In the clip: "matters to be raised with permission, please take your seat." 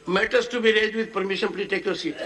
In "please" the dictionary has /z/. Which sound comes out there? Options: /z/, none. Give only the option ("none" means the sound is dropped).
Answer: none